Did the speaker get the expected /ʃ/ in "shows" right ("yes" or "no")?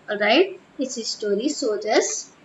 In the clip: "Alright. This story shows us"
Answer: no